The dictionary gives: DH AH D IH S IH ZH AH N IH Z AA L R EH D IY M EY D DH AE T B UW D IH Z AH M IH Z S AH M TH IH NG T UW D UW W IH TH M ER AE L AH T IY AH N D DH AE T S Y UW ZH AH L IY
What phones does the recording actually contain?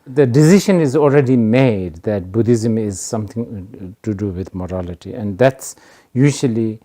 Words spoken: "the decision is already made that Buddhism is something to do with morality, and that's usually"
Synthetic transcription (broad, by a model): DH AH D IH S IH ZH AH N IH Z AA L R EH D IY M EY D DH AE T B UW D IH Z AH M IH Z S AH M T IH NG T UW D UW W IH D M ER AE L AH T IY AH N D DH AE T S Y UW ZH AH L IY